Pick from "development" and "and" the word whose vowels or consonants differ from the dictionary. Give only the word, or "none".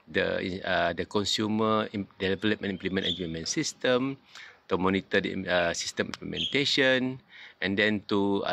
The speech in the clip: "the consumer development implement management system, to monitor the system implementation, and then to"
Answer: development